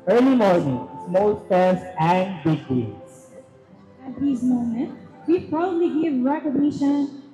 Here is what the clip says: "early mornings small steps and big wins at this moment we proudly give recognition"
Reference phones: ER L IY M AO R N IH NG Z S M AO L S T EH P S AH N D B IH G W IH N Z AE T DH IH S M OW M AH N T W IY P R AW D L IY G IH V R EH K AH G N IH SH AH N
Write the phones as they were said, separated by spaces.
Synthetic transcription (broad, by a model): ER L IY M AO R N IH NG S M AO L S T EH S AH N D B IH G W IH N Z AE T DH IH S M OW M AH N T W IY P R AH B L IY G IH V R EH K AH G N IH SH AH N